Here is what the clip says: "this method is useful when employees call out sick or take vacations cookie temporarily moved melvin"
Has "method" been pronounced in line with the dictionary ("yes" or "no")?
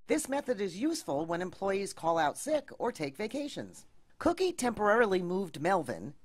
yes